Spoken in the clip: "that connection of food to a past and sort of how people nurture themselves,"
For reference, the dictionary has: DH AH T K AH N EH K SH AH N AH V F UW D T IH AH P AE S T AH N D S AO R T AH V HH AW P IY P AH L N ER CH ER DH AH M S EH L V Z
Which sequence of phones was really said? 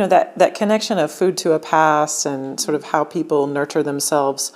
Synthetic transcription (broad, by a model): DH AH T K AH N EH K SH AH N AH V F UW D T IH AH P AE S AH N S AO R T AH V HH AW P IY P L N ER CH ER DH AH M S EH L V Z